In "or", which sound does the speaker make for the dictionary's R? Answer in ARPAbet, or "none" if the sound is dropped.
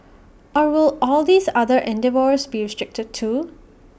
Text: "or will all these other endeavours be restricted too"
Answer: R